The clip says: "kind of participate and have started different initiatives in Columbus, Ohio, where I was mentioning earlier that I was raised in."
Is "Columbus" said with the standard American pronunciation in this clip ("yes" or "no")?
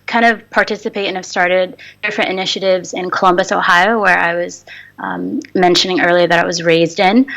yes